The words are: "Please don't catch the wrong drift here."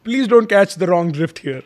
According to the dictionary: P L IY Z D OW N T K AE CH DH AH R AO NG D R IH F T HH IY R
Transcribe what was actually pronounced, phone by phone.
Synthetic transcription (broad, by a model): P L IY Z D OW N T K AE CH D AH R AO NG D R IH F T HH IY R